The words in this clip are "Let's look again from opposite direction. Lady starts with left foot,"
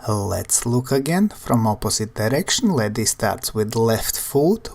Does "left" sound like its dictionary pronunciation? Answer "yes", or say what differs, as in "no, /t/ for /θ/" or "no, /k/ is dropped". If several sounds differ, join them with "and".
yes